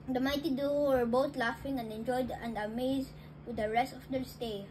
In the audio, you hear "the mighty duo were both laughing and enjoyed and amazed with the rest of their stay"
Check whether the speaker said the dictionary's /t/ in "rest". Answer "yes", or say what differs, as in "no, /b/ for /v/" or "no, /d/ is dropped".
yes